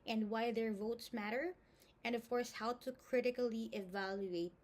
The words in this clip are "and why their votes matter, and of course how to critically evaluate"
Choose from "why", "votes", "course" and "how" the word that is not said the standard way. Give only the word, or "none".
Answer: none